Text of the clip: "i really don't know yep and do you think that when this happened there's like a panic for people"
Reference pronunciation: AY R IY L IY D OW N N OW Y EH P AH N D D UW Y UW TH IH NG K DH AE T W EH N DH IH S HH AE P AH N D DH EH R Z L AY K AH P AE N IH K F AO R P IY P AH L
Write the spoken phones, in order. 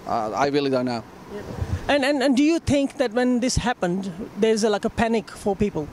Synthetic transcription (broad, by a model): AY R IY L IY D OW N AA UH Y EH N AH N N D UW Y UW T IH NG K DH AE T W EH N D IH S HH AE P AH N D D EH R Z L AY K AH P AE N IH K F AO R P IY P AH L